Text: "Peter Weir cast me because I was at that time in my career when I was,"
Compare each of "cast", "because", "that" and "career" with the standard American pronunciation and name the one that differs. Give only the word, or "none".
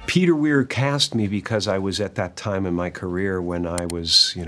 none